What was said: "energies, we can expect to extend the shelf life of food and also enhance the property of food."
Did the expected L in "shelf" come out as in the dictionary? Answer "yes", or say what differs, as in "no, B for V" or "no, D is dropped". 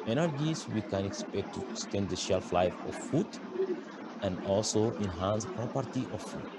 yes